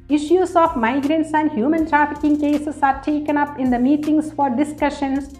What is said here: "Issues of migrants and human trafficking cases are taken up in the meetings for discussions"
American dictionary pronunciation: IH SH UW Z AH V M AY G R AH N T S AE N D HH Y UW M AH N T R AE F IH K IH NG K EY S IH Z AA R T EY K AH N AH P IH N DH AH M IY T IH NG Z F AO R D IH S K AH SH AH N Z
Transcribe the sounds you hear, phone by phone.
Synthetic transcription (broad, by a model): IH SH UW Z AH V M AY G R AH N T S AE N D HH Y UW M AH N T R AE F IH K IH NG K EY S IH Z AA R T EY K AH N AH P IH N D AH M IY T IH NG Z F AO R D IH S K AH SH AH N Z